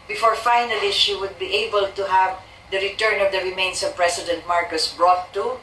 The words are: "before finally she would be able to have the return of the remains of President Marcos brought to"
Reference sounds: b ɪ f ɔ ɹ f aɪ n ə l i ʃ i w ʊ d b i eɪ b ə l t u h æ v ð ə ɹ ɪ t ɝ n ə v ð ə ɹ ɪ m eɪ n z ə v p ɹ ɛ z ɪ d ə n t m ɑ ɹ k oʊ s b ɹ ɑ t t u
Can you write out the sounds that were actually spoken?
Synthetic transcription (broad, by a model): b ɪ f ɔ ɹ f aɪ n ə l i ʃ i w ʊ d b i eɪ b ə l t u h æ v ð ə ɹ ɪ t ɝ n ə v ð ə ɹ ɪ m eɪ n s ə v p ɹ ɛ s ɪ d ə n t m ɑ ɹ k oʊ s b ɹ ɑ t t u